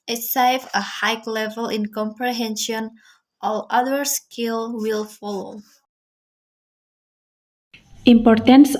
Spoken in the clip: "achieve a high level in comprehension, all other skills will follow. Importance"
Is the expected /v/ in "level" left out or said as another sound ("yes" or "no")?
no